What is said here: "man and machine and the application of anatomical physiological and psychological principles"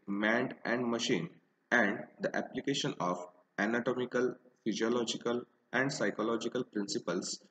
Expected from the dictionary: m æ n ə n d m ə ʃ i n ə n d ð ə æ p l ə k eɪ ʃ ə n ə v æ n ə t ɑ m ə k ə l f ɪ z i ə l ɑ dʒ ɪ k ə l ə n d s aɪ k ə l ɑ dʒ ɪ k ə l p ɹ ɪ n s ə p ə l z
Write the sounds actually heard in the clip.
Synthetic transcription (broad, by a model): m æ n ə n d m ə ʃ i n ə n d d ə æ p l ə k eɪ ʃ ə n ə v æ n ə t ɑ m ə k ə l f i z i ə l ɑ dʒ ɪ k ə l ə n d s aɪ k ə l ɑ dʒ ɪ k ə l p ɹ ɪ n s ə p ə l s